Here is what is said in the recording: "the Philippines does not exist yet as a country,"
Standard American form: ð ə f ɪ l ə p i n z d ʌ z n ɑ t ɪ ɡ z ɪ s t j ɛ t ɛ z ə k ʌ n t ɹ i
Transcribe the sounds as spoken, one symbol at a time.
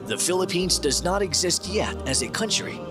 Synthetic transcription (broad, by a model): ð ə f ɪ l ə p i n z d ʌ z n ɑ t ɪ ɡ z ɪ s t j ɛ t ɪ z ə k ʌ n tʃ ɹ i